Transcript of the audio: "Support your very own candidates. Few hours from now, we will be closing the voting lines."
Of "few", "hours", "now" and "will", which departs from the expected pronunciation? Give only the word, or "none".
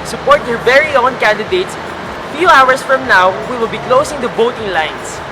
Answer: hours